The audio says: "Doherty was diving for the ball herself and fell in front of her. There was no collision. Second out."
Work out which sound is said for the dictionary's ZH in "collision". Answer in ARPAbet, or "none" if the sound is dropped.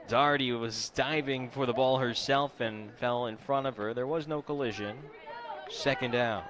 ZH